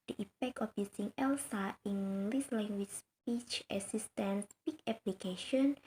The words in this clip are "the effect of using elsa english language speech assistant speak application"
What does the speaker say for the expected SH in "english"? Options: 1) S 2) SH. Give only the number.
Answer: 1